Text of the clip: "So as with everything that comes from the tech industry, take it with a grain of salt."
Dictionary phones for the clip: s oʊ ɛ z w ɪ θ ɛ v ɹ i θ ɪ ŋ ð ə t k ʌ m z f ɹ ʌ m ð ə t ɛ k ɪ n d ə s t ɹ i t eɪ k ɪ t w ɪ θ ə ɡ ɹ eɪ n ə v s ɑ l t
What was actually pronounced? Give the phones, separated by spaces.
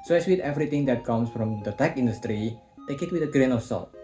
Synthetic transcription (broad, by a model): s oʊ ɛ s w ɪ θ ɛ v ɹ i t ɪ ŋ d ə t k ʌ m s f ɹ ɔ m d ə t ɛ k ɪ n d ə s t ɹ i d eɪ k ɪ t w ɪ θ ə ɡ ɹ eɪ n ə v s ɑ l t